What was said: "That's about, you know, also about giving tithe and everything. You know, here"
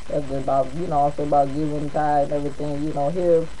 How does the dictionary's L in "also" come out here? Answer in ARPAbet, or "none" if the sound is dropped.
none